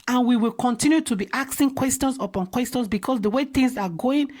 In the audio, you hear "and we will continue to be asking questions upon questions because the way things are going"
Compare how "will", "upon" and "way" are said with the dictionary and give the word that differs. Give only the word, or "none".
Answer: none